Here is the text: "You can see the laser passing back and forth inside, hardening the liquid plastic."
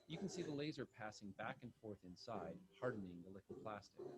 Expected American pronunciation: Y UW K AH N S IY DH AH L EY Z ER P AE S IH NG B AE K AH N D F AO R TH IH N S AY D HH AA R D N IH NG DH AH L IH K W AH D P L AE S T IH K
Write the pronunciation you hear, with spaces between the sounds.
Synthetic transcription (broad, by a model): Y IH K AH N S IY DH AH L EY Z ER P AE S IH NG B AE K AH N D F AO R TH IH N S AY D HH AA R D N IH NG DH AH L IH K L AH P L AE S T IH K